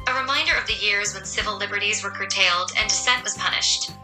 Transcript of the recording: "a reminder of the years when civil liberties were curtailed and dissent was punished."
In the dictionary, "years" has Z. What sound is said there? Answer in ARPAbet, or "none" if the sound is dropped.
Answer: Z